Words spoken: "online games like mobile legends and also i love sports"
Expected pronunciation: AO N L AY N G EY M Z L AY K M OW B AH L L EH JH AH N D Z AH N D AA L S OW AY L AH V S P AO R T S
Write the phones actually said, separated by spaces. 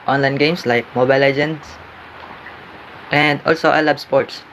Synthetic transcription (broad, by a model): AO N L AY N G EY M S L AY K M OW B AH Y L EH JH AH N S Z AH N D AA L S OW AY L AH B S P AO R T S